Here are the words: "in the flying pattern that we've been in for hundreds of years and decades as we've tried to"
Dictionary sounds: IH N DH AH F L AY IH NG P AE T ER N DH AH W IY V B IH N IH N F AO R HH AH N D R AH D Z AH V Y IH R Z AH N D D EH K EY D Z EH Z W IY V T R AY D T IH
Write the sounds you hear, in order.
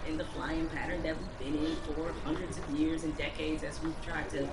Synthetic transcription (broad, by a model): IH N DH AH F L AY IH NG P AE T ER N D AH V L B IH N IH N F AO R HH AH N D R AH D Z AH V Y IH R Z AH N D D EH K EY D Z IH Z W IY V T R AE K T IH